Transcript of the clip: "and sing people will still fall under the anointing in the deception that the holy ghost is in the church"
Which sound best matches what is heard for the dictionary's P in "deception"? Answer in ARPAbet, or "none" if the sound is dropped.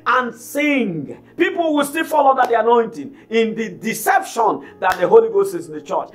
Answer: P